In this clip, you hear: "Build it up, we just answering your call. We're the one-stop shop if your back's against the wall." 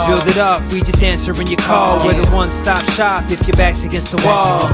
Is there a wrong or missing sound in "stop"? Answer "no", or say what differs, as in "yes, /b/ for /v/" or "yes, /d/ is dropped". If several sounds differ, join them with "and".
no